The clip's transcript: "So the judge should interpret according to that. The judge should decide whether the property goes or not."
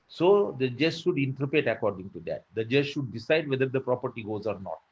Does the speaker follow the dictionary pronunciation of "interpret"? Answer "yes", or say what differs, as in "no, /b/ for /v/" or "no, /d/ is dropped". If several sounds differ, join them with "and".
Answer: no, /ɹ/ is dropped